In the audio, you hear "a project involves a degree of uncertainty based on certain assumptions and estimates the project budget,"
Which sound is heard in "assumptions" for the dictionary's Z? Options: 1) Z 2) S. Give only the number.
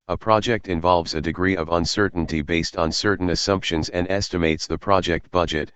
1